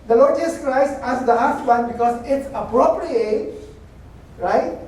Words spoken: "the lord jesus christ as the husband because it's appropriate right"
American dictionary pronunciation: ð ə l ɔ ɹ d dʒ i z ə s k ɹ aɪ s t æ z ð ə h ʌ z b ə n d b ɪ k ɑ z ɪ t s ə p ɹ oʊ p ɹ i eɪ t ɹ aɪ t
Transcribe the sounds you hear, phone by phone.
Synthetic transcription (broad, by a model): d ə l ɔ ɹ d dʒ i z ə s k ɹ aɪ s t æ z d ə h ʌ s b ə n b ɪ k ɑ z ɪ t s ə p ɹ oʊ p ɹ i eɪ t ɹ aɪ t